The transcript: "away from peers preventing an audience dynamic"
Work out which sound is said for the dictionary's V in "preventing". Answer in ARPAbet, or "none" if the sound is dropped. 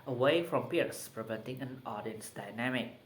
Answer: V